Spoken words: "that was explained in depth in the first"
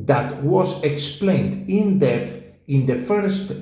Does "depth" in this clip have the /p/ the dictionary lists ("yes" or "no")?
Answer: no